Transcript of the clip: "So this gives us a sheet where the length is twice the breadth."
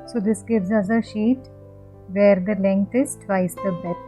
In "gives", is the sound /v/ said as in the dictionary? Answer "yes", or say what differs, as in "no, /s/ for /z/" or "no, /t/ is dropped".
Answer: yes